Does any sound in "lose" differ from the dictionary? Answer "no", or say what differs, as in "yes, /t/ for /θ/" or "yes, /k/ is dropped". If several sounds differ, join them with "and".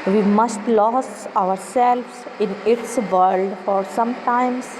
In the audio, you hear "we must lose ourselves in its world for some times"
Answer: yes, /s/ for /z/